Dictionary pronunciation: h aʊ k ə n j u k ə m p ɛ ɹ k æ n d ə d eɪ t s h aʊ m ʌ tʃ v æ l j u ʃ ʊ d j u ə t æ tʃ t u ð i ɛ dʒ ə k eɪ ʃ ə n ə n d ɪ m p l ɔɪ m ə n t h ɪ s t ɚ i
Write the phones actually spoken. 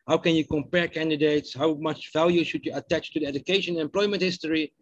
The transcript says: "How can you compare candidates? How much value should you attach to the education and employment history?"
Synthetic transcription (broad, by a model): h aʊ k ə n j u k ə m p ɛ ɹ k æ n d ə d eɪ t s h aʊ m ʌ tʃ v æ l j u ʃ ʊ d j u ə t æ tʃ t u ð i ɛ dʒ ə k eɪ ə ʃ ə n ɪ m p l ɔɪ m ə n t h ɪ s t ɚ i